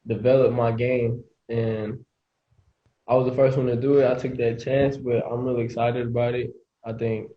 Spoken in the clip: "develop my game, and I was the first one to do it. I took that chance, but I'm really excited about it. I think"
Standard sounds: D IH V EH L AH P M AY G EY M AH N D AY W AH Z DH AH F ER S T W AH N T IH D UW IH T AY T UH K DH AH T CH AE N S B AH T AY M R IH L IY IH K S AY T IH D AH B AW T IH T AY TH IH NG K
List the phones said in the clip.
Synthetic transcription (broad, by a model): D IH V EH L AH P M AY G EY M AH N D AY W AH Z DH AH F ER S T W AH N T IH D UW IH T AY T UH K DH AH T CH AE N S B AH T AY M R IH L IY IH K S AY T IH D AH B AW T IH T AY TH IH NG K